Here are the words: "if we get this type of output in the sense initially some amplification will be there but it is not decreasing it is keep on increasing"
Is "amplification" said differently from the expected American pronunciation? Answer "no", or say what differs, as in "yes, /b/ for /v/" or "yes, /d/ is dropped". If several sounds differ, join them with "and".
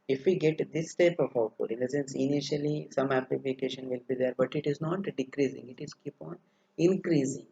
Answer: yes, /m/ is dropped